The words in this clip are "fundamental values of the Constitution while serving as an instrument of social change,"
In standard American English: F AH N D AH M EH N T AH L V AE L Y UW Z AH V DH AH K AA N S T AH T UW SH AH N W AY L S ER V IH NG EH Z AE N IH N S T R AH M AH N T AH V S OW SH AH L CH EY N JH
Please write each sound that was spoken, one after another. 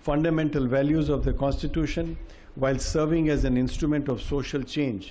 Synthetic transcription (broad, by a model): F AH N D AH M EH N T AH L V AE L Y UW Z AH V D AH K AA N S T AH T UW SH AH N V AY L S ER V IH NG EH Z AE N IH N S T R AH M AH N T AH V S OW SH AH L CH EY N JH